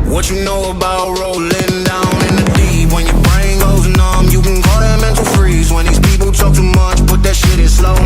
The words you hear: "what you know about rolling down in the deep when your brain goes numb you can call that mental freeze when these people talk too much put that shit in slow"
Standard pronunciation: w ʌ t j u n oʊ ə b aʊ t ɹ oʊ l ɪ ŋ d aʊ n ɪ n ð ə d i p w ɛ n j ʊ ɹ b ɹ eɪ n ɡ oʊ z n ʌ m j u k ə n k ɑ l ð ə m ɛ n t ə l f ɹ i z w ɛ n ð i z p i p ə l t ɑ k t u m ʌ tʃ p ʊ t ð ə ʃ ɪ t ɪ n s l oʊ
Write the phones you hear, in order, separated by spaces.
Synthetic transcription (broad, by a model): w ʌ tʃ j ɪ n oʊ ə b aʊ t ɹ oʊ l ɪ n d aʊ n ɪ n ð ə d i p w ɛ n j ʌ ɹ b ɹ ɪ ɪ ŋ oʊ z n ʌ m j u k ə n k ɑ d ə m ɛ n t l f ɹ i z w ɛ n ð i z p i p l t ɑ k t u m ʌ tʃ b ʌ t ð ə ʃ ɪ t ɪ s l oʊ